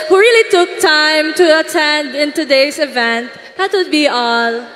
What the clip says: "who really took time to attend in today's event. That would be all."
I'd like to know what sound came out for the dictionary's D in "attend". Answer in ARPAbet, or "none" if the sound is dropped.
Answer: D